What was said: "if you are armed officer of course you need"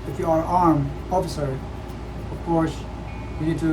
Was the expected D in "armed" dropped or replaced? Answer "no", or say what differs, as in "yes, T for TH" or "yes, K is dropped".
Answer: yes, D is dropped